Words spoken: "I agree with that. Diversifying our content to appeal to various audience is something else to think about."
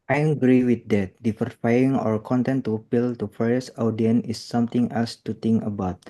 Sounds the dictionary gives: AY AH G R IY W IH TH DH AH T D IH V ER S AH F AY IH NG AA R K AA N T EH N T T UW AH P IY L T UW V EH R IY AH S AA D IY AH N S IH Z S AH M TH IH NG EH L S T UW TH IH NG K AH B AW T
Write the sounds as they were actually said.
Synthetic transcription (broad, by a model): AY AH G R IY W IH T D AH T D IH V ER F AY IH NG AA R K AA N T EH N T T UW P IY L T UW F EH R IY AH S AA D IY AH N IH S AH M T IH NG EH L S T UW T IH NG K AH B AW T